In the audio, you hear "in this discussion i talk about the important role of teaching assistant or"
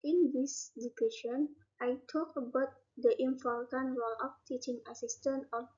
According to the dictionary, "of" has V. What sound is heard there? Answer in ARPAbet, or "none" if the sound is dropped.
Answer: P